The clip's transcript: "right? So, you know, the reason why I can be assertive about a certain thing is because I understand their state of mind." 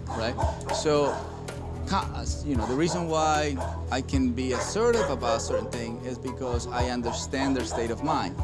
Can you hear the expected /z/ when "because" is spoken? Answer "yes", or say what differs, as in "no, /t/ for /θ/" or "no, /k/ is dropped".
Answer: yes